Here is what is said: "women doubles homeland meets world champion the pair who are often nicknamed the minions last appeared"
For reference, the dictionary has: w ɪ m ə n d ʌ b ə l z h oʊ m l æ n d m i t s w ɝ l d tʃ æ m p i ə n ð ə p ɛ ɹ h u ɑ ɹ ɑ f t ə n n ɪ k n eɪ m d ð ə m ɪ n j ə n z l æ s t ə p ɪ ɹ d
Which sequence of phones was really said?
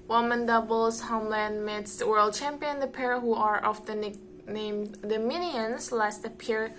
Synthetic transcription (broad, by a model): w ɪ m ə n d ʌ b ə l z h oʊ m l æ n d m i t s w ɝ l d tʃ æ m p i ə n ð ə p ɛ ɹ h u ɑ ɹ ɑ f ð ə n n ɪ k n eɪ m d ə m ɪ n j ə n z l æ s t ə p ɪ ɹ